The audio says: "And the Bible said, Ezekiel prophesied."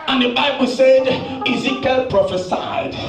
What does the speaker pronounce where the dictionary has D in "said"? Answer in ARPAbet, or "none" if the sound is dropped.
D